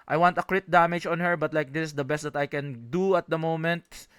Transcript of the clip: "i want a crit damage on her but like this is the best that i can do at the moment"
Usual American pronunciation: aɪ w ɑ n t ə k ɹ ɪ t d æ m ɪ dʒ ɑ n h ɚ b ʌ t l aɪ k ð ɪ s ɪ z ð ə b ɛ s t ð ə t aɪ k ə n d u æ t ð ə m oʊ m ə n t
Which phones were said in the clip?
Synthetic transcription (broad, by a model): aɪ w ɑ n t ə k ɹ ɪ t d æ m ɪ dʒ ɑ n h ɚ b ʌ t l aɪ k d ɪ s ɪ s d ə b ɛ s t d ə t aɪ k ə n d u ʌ t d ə m oʊ m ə n t